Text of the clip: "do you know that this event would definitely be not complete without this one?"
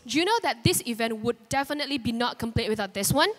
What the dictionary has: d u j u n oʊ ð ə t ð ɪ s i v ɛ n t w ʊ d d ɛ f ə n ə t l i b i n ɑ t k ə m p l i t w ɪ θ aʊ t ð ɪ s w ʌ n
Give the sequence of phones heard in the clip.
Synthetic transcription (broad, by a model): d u j u n oʊ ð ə t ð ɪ s i v ɛ n t w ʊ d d ɛ f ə n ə t l i b i n ɑ t k ə m p l i t w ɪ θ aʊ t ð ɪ s w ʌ n